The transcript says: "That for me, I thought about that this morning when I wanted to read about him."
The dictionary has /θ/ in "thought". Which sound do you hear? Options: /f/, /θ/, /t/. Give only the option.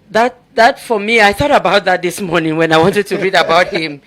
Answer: /θ/